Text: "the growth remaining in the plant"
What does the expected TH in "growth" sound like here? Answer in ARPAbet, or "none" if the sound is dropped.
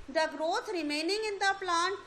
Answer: T